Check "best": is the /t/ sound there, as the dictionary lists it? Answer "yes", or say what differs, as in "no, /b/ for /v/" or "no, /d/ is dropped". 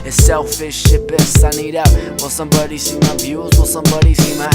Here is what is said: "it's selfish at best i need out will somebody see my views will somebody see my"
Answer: no, /t/ is dropped